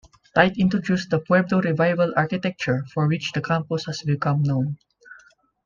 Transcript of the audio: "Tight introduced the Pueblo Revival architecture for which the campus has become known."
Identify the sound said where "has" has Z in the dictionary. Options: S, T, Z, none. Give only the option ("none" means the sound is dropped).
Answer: S